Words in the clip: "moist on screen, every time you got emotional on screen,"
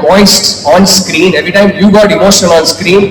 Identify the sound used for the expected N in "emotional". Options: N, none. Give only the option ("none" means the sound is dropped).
none